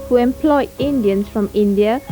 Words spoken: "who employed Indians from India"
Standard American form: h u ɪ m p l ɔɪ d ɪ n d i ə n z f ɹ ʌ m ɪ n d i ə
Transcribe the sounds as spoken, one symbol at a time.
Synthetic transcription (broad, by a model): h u ɪ m p l ɔɪ d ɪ n d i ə n s f ɹ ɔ m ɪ n d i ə